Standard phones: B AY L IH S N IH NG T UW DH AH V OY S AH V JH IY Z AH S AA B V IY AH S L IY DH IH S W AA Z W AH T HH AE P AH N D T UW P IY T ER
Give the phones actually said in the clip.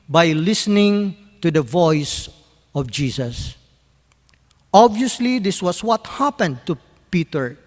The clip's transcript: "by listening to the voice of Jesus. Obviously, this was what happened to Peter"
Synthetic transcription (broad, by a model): B AY L IH S N IH NG T UW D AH V OY S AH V JH IY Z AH S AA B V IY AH S L IY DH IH S W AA S W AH T HH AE P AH N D T UW P IY T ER